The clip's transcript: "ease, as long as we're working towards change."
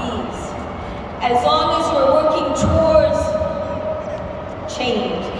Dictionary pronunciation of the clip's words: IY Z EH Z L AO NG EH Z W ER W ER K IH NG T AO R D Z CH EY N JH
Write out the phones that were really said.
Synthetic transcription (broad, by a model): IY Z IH Z L AO NG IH Z W ER W ER K IH NG T AO R D Z CH EY N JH